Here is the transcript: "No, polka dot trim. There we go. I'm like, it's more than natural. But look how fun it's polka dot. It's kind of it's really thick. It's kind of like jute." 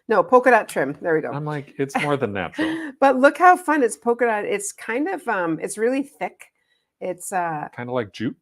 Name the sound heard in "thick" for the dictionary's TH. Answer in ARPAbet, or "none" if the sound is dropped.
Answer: TH